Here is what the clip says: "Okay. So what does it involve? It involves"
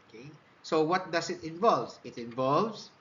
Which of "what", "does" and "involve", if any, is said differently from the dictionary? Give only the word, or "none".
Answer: does